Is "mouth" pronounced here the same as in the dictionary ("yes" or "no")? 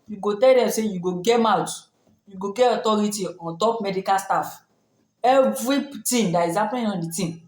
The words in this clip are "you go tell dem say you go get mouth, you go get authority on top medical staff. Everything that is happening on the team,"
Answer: no